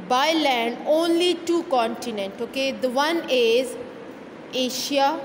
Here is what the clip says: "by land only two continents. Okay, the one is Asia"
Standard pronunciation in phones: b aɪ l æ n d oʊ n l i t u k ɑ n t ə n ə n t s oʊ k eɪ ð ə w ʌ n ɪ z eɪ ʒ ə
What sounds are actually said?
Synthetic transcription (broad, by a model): b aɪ l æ n d oʊ n l i t u k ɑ n t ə n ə n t oʊ k eɪ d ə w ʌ n ɪ z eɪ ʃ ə